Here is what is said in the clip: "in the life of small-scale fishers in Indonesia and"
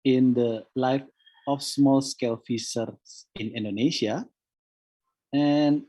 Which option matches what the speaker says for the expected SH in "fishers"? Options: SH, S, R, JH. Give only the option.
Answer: S